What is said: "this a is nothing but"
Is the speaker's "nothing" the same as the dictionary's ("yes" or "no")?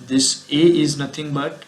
no